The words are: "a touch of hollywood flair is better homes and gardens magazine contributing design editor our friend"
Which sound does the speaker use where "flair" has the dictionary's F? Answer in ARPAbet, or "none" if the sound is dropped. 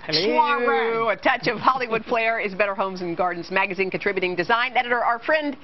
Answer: P